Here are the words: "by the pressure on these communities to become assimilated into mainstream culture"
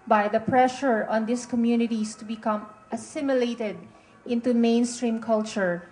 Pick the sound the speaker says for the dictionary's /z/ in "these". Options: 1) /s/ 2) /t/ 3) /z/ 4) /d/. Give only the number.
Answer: 1